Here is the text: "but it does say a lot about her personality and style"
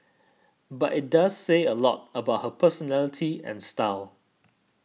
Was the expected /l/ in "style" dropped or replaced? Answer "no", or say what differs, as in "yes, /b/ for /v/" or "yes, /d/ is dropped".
no